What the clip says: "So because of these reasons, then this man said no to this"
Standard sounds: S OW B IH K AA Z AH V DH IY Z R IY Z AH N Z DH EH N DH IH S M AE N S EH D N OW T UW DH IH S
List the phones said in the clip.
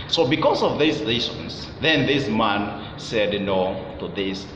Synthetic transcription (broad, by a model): S OW B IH K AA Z AH V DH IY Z L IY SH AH N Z DH EH N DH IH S M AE N S EH D N OW T UW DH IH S